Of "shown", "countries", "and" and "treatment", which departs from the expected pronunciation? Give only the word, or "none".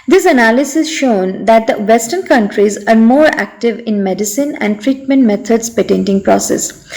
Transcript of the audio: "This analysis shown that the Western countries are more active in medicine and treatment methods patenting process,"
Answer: none